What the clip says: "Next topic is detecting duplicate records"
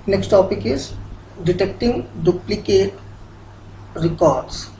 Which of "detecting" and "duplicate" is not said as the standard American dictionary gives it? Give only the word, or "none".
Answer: none